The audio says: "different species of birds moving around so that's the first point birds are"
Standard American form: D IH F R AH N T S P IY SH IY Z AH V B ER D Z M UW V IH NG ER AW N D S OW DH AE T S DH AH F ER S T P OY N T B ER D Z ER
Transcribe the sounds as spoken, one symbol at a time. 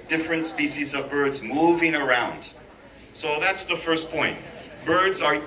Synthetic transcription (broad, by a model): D IH F R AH N T S P IY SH IY Z AH V B ER D Z M UW V IH NG ER AW N D S OW DH AE T S DH AH F ER S P OY N T B ER D Z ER